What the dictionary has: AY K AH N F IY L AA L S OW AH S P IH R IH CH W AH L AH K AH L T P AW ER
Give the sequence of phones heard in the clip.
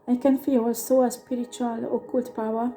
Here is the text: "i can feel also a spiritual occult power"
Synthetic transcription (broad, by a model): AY K AH N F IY W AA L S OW AH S P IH R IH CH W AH L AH K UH L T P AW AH